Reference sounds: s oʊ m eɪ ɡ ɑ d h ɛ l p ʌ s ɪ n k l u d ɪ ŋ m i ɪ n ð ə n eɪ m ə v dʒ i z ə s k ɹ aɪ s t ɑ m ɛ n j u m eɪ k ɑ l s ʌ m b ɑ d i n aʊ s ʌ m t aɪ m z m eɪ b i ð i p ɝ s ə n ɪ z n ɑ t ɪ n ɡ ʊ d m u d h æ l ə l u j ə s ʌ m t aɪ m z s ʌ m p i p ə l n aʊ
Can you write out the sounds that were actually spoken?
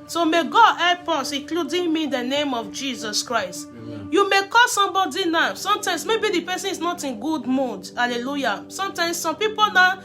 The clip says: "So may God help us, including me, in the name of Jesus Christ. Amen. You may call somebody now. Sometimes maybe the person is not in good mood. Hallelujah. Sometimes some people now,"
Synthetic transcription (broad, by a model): s oʊ m eɪ ɡ ɑ d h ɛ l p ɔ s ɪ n k l u d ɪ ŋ m i n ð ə n eɪ m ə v dʒ i z ə s k ɹ aɪ s t j u m eɪ k ɑ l s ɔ m b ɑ d i n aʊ s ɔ m t aɪ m s m eɪ b i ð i p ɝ s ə n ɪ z n ɑ t ɪ n ɡ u d m u d h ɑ l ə l u j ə s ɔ m t aɪ m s s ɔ m p i p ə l n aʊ